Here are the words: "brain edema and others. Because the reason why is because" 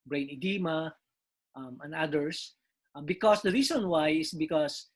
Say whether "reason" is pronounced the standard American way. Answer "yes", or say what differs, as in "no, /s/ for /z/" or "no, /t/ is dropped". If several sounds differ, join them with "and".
no, /s/ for /z/